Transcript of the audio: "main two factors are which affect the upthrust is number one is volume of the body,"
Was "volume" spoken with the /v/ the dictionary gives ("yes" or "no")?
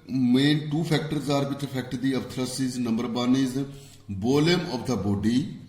no